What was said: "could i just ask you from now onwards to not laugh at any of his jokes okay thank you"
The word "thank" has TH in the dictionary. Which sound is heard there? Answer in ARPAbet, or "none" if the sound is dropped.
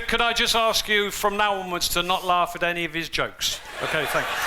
TH